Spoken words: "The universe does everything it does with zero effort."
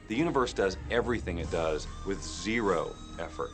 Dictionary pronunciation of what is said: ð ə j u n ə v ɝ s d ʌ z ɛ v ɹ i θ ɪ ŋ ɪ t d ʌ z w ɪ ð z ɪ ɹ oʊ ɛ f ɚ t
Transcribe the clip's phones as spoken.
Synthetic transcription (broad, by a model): ð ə j u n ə v ɝ s d ʌ z ɛ v ɹ i θ ɪ ŋ ɪ t d ʌ z w ɪ ð z ɪ ɹ oʊ ɛ f ɚ t